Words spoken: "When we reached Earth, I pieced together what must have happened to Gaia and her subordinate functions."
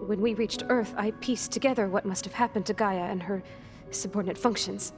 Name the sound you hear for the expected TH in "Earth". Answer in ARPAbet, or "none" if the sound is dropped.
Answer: TH